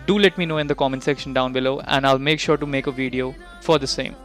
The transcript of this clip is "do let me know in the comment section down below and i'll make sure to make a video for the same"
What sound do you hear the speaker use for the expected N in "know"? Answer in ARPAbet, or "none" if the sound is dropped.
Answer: N